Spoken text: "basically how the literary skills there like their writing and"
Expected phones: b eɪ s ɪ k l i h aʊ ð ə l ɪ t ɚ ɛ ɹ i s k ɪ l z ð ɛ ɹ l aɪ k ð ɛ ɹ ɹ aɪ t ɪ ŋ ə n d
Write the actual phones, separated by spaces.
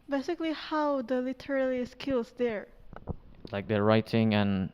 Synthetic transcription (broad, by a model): b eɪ s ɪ k l i h aʊ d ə l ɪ t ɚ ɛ l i s k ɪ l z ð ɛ ɹ l aɪ k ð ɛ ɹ ɹ aɪ t ɪ ŋ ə n